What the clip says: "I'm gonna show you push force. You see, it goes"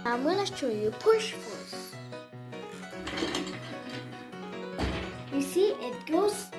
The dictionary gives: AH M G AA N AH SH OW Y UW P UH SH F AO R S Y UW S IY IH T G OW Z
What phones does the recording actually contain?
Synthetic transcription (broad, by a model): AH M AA L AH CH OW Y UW P UH SH F AO R S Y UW S IY IH T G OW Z